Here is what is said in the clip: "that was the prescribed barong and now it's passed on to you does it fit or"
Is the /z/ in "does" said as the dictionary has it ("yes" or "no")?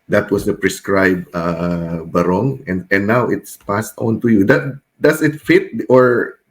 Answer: no